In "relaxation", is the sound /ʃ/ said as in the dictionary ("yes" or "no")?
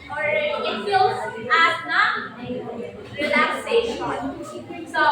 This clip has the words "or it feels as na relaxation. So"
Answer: no